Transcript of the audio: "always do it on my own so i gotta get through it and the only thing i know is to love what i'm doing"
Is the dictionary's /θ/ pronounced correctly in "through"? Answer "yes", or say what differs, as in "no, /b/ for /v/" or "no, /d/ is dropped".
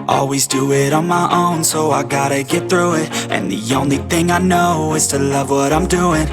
yes